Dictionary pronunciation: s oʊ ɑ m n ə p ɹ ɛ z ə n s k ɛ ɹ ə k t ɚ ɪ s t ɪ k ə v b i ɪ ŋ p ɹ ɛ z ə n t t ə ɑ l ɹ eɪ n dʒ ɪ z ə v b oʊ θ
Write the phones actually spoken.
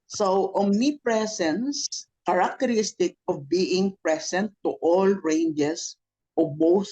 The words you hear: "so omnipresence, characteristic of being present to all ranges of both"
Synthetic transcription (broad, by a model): s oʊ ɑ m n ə p ɹ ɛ s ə n s k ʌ ɹ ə k t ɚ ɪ s t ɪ k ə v b i ɪ ŋ p ɹ ɛ s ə n t t ɑ l ɹ eɪ n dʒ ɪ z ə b oʊ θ